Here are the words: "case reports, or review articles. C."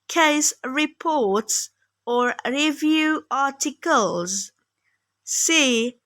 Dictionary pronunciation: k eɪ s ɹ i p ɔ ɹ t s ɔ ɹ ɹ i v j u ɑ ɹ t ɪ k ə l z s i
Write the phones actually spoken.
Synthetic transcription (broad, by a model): k eɪ s ɹ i p ɔ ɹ t s ɔ ɹ ɹ i v j u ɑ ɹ t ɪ k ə l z s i